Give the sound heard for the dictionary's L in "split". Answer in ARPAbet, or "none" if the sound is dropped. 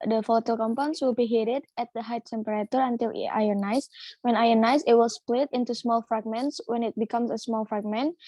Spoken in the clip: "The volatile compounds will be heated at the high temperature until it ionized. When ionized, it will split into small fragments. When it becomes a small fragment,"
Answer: L